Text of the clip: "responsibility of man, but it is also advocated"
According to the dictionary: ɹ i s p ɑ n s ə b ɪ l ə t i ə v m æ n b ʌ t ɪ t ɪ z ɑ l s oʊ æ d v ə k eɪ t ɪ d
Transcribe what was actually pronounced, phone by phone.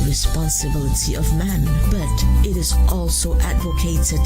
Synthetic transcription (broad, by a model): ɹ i s p ɑ n s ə b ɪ l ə t i ə v m æ n b ʌ t ɪ t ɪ z ɑ l s oʊ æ d v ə k eɪ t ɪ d